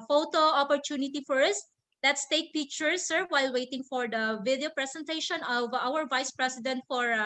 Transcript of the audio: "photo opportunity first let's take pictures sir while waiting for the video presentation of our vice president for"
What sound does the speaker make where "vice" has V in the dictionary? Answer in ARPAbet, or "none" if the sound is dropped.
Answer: V